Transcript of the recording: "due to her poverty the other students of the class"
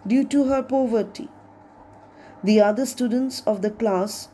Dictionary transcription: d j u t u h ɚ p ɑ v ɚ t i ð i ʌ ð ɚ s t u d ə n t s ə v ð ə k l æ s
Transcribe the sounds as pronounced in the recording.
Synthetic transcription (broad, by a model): d j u t u h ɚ p ɑ v ɚ t i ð i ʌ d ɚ s t u d ə n t s ə v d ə k l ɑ s